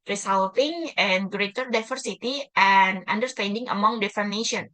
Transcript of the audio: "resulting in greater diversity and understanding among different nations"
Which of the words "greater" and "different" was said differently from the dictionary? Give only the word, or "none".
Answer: different